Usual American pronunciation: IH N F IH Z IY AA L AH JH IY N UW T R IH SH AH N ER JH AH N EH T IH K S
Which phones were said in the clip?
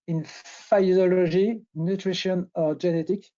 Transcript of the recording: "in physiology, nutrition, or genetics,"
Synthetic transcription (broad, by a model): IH N F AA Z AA L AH ZH IY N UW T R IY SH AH N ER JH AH N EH T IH K